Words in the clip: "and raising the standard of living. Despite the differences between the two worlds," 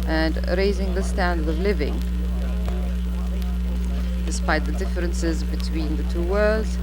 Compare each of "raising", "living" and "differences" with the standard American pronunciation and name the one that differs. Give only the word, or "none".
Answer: none